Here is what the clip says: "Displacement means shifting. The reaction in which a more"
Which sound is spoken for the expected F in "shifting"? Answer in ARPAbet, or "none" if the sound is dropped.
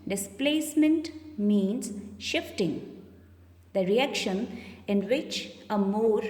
F